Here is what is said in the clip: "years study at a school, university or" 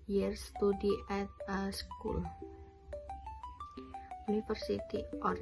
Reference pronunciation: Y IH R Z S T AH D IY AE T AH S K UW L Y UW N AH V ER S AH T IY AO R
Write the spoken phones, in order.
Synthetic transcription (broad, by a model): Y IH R S T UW D IY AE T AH S K UW L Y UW N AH F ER S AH T IY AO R